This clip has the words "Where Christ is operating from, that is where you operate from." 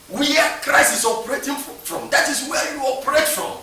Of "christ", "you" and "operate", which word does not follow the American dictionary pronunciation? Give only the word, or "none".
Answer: christ